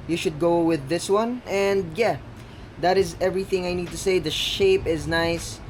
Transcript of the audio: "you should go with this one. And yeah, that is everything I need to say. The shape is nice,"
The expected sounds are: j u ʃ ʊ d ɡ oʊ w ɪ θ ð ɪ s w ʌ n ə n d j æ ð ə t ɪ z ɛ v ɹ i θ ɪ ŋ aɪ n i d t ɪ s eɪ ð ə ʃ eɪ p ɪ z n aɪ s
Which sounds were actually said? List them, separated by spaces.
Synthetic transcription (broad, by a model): j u ʃ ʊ d ɡ oʊ w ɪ ð ɪ s w ʌ n ə n d j æ ð ə t ɪ z ɛ v ɹ i θ ɪ ŋ aɪ n i d t ɪ s eɪ ð ə ʃ eɪ p ɪ z n aɪ s